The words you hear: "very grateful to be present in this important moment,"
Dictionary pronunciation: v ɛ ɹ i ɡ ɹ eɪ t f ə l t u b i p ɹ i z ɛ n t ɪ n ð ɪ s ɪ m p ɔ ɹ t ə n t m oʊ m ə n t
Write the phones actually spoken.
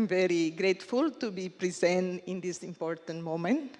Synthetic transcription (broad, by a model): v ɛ ɹ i ɡ ɹ eɪ t f ə l t u b i p ɹ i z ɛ n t ɪ n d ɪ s ɪ m p ɔ ɹ t ə n t m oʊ m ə n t